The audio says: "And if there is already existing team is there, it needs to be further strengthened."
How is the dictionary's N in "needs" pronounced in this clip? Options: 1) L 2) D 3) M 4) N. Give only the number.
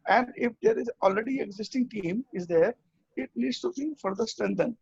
1